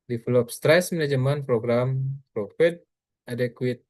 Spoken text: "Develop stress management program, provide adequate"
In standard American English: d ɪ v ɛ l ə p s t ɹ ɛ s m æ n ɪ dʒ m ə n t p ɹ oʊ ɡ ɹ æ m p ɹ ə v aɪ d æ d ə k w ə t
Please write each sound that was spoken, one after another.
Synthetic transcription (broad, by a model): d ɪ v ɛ l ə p s t ɹ ɛ s m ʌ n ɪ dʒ m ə n p ɹ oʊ ɡ ɹ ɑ m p ɹ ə f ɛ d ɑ d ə k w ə t